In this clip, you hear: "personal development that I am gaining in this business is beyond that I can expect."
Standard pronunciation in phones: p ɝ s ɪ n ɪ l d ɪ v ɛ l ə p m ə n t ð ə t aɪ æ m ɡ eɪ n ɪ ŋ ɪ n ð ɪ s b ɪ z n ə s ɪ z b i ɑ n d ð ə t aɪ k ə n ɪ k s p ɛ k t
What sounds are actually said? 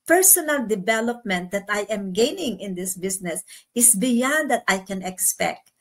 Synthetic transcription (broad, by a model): p ɝ s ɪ n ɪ l d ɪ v ɛ l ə p m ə n t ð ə t aɪ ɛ m ɡ eɪ n ɪ ŋ ɪ n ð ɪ s b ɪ s n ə s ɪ s b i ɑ n d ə t aɪ k ə n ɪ k s p ɛ k t